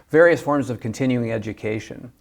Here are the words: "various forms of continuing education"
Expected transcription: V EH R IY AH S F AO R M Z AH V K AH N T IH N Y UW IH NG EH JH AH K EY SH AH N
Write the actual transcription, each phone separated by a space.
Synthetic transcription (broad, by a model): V EH R IY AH S F AO R M Z AH V K AH N T IH N Y UW IH NG EH JH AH K EY SH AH N